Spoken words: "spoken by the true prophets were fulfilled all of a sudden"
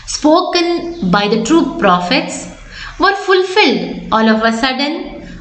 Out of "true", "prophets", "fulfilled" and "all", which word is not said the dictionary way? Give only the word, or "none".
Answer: none